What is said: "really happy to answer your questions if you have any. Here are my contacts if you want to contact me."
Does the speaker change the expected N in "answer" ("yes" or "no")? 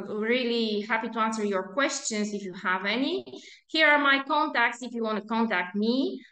no